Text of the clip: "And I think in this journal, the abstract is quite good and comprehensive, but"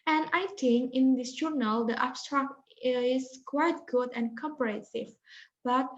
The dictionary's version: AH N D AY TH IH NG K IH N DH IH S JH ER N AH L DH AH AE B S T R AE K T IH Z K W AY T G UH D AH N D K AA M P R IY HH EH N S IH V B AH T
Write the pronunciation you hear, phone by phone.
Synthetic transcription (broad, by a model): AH N AY T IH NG IH N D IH S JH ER N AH L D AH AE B S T R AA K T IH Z K W AY T G UH D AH N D K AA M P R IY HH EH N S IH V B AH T